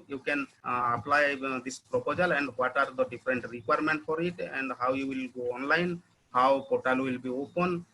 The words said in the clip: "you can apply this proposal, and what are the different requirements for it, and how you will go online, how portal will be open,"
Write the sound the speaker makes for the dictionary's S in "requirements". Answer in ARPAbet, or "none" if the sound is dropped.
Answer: none